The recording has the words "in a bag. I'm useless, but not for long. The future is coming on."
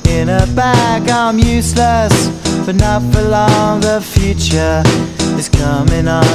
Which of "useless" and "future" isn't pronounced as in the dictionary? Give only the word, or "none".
none